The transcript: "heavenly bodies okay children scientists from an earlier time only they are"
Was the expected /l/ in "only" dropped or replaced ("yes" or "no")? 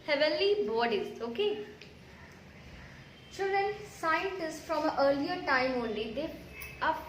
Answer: no